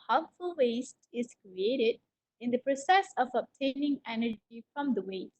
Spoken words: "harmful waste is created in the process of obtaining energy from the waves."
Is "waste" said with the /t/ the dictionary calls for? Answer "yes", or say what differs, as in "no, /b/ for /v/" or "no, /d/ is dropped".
yes